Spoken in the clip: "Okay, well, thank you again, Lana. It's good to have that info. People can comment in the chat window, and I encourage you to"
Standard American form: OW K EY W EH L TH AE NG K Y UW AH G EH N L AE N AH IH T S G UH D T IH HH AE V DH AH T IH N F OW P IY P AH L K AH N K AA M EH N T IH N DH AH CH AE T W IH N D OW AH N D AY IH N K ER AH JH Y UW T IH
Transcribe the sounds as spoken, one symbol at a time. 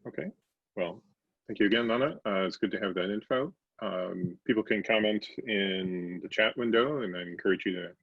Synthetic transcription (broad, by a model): OW K EY W EH L TH AE NG K Y UW AH G EH N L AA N AH IH T S G UH D T IH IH V DH AH T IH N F OW P IY P L K AH N K AA M EH N T IH N DH AH CH AE T W IH N D OW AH N AY IH N K ER AH JH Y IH T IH